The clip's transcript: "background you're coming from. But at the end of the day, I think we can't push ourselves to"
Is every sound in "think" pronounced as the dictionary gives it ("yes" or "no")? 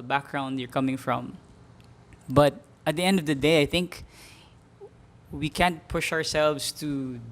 yes